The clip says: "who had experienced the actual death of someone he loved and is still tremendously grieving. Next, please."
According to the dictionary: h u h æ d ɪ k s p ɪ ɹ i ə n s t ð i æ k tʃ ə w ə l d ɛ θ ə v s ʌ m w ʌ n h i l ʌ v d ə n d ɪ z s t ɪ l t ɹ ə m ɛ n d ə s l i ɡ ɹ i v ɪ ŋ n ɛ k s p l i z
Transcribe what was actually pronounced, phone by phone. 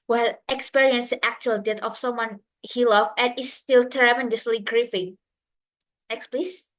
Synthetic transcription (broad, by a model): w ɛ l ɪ k s p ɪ ɹ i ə n s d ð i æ k tʃ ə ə l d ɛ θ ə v s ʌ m w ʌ n h i l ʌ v ə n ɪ s t ɪ l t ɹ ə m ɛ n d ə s l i ɡ ɹ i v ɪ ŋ n ɛ k s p l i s